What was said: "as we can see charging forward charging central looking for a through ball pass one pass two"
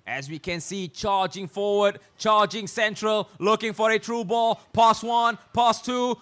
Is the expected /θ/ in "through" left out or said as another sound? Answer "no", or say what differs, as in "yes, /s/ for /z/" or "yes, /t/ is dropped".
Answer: yes, /t/ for /θ/